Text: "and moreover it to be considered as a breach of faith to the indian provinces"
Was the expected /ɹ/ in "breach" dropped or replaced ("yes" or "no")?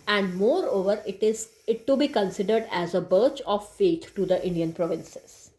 yes